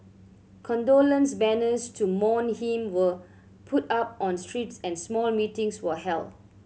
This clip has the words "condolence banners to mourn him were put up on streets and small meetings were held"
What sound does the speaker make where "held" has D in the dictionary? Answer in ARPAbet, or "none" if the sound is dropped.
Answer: none